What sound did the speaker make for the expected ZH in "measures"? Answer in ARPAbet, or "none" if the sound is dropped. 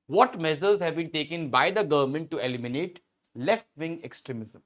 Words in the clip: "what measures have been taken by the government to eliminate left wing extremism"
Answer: Z